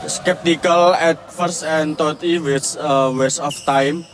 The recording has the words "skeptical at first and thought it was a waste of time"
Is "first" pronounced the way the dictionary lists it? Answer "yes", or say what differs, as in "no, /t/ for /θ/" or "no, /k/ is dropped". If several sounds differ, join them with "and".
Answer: no, /t/ is dropped